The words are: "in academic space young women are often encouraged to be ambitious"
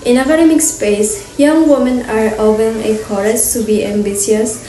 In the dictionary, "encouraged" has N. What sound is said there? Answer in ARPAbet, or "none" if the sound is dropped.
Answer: none